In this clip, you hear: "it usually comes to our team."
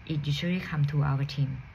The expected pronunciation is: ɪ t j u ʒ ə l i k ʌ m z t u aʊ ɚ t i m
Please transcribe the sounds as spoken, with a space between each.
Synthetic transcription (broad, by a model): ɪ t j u ʃ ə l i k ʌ m t u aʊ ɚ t i m